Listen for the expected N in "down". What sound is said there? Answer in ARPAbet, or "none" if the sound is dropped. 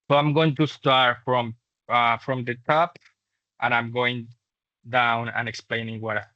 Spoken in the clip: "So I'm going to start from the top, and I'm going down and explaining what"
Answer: N